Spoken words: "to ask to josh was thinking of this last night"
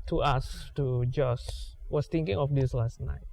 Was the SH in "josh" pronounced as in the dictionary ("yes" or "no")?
no